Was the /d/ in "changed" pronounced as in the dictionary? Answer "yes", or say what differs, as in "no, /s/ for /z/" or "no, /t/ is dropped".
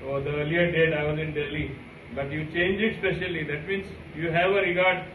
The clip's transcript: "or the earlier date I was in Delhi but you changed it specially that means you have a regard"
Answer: no, /d/ is dropped